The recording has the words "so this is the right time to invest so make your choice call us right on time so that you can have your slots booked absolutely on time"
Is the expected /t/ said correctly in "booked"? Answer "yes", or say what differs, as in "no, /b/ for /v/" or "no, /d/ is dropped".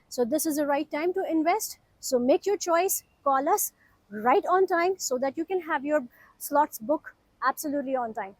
no, /t/ is dropped